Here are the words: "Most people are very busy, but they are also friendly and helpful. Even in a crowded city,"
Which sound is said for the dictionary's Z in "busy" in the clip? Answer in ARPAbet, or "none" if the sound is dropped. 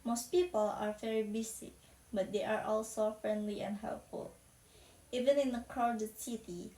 S